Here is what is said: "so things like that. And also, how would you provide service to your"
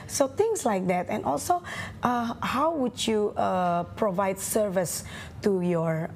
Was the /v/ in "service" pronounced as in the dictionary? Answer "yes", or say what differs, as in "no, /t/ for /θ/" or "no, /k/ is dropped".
yes